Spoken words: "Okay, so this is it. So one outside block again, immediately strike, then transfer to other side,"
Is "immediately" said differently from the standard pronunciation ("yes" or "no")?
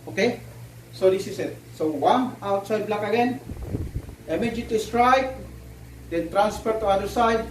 yes